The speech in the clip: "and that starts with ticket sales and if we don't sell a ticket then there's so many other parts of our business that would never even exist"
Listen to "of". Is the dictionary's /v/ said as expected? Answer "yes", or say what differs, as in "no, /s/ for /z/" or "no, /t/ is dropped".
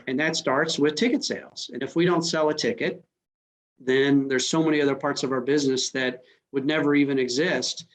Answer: yes